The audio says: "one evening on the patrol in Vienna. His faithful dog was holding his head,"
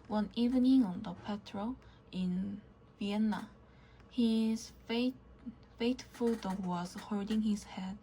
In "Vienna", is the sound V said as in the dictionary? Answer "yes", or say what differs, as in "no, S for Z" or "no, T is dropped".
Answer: yes